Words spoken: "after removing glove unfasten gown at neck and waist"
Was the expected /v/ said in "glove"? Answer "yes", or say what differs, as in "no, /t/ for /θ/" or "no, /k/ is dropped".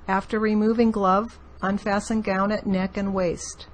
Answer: yes